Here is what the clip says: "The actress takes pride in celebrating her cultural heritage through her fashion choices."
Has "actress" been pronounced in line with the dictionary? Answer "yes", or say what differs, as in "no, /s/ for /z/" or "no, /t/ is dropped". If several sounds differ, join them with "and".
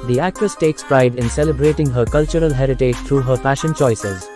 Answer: no, /ɹ/ is dropped